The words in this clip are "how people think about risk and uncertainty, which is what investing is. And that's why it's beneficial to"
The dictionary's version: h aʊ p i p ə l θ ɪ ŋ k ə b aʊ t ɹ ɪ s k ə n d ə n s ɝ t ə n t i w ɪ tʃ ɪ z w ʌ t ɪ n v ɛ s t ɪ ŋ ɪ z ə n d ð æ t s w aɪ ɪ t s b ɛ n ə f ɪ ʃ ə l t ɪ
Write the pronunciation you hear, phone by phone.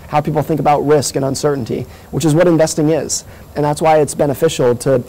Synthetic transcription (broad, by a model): h aʊ p i p l θ ɪ ŋ k ə b aʊ t ɹ ɪ s k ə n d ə n s ɝ t n t i w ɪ tʃ ɪ z w ʌ t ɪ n v ɛ s t ɪ ŋ ɪ z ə n ð æ t s w aɪ ɪ t s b ɛ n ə f ɪ ʃ l t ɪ